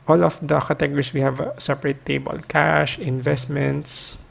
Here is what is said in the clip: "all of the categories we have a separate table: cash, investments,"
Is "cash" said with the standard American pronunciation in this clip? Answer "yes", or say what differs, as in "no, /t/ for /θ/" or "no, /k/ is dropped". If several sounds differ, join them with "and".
yes